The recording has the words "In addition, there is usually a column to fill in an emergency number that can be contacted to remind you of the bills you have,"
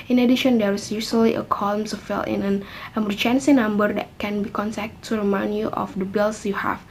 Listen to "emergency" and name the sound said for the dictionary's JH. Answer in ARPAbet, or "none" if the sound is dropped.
CH